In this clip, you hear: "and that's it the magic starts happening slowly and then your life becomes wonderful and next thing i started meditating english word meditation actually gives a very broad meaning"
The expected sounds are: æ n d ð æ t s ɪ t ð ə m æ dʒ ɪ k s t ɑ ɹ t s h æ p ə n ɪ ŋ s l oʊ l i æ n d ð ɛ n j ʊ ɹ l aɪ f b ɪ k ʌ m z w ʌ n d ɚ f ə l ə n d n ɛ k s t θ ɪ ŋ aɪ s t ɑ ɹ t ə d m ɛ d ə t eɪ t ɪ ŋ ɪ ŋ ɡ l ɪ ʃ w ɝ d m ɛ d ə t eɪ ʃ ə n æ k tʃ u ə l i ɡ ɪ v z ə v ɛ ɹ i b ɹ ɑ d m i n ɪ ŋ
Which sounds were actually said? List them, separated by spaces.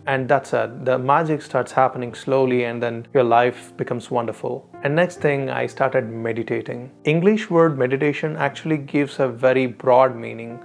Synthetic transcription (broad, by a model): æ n d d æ t s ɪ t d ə m æ dʒ ɪ k s t ɑ ɹ t s h æ p ə n ɪ ŋ s l oʊ l i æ n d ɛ n j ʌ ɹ l aɪ f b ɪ k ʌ m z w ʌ n d ɚ f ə l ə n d n ɛ k s t t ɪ ŋ aɪ s t ɑ ɹ t ə d m ɛ d ə t eɪ t ɪ ŋ ɪ ŋ ɡ l ɪ ʃ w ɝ d m ɛ d ə t eɪ ʃ ə n æ k tʃ u ə l i ɡ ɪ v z ə v ɛ ɹ i b ɹ ɑ d m i n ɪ ŋ